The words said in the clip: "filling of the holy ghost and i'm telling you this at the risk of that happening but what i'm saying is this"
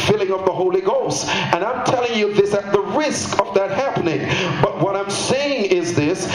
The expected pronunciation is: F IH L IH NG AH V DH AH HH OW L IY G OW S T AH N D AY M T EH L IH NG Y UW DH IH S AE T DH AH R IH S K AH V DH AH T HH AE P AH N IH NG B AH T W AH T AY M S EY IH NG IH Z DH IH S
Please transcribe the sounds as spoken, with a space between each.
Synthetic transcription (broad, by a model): F IH L IH NG AH V DH AH HH OW L IY G OW S T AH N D AY M T EH L IH NG Y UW DH IH S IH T DH AH R IH S K AH V DH AH T HH AE P AH N IH NG B AH T W AH T AY M S EY IH NG IH Z DH IH S